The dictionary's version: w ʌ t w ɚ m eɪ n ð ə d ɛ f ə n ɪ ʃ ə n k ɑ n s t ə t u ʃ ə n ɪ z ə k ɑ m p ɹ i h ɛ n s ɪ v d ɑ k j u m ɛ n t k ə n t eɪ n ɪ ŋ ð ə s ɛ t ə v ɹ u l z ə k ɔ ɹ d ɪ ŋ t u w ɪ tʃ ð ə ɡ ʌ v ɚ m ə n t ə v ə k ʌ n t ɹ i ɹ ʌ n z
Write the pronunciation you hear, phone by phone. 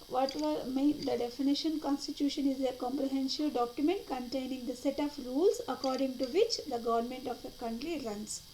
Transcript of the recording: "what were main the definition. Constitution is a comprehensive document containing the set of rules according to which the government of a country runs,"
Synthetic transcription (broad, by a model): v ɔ t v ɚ m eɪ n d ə d ɛ f ə n ɪ ʃ ə n k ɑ n s t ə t u ʃ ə n ɪ z ə k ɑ m p ɹ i h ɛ n ʃ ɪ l d ɑ k j u m ɛ n t k ə n t eɪ n ɪ ŋ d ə s ɛ t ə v ɹ u l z ə k ɔ ɹ d ɪ ŋ t u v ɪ tʃ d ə ɡ ʌ v ɚ m ə n t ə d ə k ʌ n t ɹ i ɹ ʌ n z